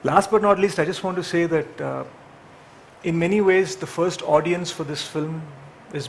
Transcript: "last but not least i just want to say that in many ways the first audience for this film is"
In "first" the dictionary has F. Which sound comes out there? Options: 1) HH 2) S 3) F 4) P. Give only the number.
3